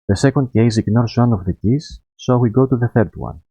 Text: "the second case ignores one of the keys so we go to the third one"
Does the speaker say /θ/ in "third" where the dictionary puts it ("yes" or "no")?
yes